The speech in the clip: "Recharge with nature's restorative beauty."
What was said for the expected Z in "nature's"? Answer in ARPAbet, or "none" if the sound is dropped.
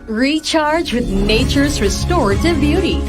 Z